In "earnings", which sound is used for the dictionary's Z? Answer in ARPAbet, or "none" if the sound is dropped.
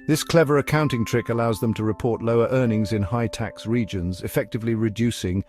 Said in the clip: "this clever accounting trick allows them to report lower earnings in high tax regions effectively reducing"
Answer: Z